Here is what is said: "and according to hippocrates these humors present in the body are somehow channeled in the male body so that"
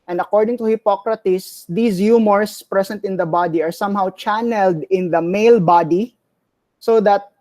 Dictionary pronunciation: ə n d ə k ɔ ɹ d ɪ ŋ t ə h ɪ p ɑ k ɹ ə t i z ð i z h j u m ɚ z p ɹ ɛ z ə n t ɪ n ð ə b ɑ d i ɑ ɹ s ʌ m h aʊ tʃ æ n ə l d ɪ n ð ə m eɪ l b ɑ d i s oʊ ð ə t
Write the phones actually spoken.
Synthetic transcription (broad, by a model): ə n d ə k ɔ ɹ d ɪ ŋ t ə h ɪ p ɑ k ɹ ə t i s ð i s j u m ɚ s p ɹ ɛ s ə n t ɪ n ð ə b ɑ d i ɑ ɹ s ʌ m h aʊ tʃ æ n ə l d ɪ n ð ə m eɪ l b ɑ d i s oʊ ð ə t